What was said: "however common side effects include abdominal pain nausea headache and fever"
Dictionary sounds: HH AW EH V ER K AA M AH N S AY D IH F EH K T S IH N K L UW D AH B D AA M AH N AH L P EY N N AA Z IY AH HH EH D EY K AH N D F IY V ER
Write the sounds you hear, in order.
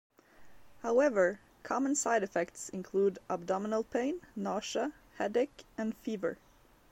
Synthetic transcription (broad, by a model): HH AW EH V ER K AA M AH N S AY D IH F EH K T S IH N K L UW D AH B D AA M AH N AH L P EY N N AA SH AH HH EH D EY K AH N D F IY V ER